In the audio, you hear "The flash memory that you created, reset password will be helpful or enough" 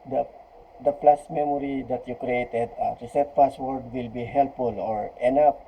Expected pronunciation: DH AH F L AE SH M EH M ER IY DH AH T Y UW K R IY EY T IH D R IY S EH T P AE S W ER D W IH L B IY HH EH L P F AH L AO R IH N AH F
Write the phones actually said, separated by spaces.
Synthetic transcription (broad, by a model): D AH P L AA S M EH M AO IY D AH T Y UW K R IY EY T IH D R IY S EH T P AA S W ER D W IH L B IY HH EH L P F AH L AO R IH N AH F